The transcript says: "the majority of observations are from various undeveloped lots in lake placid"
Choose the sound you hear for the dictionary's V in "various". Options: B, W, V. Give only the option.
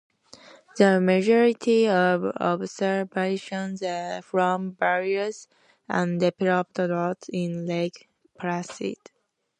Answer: B